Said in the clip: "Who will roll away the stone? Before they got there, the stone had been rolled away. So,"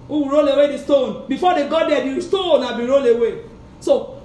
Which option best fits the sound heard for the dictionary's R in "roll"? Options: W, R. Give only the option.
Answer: R